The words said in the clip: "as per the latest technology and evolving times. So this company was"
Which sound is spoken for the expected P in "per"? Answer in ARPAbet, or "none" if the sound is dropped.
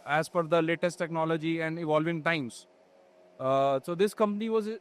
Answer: F